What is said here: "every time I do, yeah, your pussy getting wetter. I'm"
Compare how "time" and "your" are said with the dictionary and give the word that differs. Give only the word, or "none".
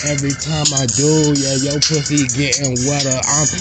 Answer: your